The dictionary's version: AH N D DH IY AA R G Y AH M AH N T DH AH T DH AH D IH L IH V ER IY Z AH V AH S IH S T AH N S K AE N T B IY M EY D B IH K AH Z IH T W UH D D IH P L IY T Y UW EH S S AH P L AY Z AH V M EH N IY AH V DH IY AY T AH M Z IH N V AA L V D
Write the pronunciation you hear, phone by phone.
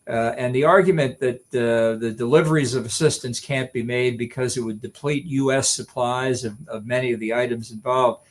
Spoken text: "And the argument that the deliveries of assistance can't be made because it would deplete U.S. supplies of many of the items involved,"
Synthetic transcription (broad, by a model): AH N DH IY AA R G Y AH M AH N DH AH T DH AH D IH L IH V ER IY Z AH V AH S IH S T AH N S K AE N B IY M EY D B IH K AH Z IH T W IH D D IH P L IY T Y UW EH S S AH P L AY Z AH V M EH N IY AH V DH IY AY T AH M Z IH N V AA L V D